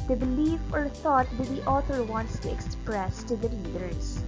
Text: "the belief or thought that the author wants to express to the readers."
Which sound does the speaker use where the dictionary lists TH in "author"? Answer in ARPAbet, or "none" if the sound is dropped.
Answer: T